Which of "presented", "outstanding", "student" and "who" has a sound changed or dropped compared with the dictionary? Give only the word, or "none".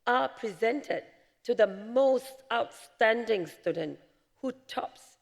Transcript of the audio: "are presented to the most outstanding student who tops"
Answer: none